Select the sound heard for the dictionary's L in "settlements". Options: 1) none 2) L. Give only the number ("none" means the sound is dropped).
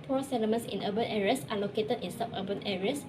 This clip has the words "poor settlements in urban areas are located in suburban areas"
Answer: 1